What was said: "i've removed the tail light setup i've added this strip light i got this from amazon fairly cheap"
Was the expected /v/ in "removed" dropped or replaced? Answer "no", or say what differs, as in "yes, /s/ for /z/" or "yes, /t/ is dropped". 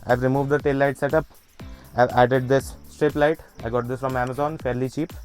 no